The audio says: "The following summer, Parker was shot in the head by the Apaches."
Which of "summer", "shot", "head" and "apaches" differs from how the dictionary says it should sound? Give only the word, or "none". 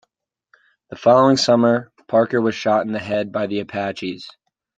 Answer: none